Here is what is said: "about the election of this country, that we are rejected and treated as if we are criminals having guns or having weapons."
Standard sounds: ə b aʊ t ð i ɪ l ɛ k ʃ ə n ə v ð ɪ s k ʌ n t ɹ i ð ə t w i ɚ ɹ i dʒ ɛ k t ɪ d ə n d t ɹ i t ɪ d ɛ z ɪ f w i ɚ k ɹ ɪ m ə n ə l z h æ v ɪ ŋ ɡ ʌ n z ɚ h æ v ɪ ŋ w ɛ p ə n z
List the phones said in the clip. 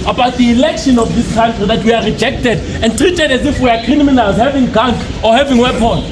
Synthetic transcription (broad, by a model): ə b aʊ t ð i l ɛ k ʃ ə n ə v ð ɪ s k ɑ n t ɹ i ð ə t w i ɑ ɹ i dʒ ɛ k t ɪ d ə n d t ɹ i t ɪ d ɛ z ɪ f w i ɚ k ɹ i m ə n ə l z h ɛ v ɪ ŋ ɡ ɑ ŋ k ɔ h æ v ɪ ŋ w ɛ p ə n